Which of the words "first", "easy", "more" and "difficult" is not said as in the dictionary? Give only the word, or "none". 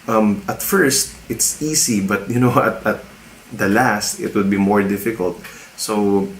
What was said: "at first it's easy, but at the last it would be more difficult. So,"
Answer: easy